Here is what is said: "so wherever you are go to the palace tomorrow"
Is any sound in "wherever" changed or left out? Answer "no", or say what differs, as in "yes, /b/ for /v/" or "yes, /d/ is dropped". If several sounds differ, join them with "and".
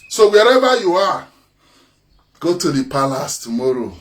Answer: yes, /b/ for /v/